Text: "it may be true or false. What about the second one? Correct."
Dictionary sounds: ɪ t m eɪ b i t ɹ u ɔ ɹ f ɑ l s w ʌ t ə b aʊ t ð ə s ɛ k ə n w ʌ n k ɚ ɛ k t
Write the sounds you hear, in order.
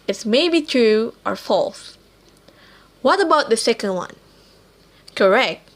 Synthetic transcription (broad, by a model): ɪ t m eɪ b i t ɹ u ɔ ɹ f ɑ l s w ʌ t ə b aʊ t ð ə s ɛ k ə n w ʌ n k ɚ ɛ k t